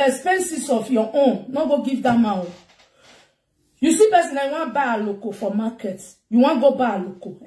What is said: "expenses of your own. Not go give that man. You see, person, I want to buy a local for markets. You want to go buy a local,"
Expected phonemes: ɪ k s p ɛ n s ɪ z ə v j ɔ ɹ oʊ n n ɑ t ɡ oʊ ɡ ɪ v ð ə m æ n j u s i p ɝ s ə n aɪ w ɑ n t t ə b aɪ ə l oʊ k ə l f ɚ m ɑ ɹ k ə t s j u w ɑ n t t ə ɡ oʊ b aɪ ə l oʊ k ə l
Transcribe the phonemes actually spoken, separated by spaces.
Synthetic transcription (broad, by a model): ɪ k s p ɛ n s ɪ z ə f j ɔ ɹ oʊ n n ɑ ɡ oʊ ɡ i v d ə m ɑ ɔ j u s i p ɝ s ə n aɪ w ɑ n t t b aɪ ə l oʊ k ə f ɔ m ɑ k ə t j u w ɑ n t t ɡ oʊ b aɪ ə l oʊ k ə